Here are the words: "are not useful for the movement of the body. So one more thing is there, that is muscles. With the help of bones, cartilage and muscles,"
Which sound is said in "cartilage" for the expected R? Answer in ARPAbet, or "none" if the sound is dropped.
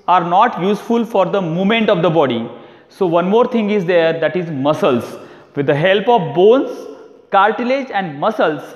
L